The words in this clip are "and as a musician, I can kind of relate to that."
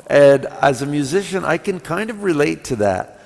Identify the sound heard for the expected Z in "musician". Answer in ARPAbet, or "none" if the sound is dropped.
Z